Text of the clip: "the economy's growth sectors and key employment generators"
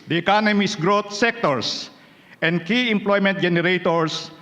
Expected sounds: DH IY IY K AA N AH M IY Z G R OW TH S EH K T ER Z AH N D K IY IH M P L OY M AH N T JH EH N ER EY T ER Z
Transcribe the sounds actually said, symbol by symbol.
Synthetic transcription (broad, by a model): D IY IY K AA N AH M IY S G R OW T S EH K T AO S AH N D K IY IH M P L OY M AH N T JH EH N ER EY T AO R